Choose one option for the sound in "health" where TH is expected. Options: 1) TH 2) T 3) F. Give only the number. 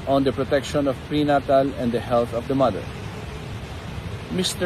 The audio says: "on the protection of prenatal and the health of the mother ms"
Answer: 2